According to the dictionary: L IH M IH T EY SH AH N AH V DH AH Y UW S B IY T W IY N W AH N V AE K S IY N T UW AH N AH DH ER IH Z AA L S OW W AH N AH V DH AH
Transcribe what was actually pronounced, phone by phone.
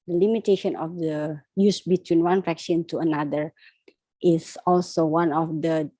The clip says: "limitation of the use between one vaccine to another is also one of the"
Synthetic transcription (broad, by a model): L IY M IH T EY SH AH N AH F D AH Y UW S B IY T W IY N W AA N F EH K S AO N T UW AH N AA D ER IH S AA L S OW W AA N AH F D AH